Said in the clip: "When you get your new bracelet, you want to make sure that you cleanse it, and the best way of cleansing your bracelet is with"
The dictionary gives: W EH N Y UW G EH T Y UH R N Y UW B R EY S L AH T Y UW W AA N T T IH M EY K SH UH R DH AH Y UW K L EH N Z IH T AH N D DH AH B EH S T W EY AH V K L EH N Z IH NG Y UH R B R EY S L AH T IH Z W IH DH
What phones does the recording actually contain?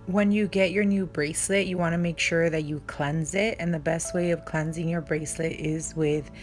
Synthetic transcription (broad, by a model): W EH N Y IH G EH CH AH R N Y UW B R EY S L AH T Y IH W AA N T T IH M EY K SH UH R DH AH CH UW K L EH N Z IH T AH N DH AH B EH S T W EY AH V K L EH N Z IH NG Y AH R B R EY S L AH T IH Z W IH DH